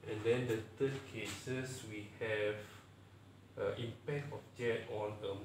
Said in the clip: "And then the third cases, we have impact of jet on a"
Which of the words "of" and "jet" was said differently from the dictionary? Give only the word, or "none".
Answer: of